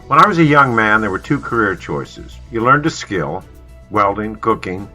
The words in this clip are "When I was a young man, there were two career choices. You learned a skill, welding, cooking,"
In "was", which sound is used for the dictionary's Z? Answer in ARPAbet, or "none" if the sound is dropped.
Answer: Z